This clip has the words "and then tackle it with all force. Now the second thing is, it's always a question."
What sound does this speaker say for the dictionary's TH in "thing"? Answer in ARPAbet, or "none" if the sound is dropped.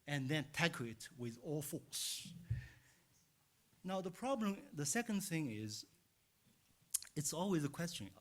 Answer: TH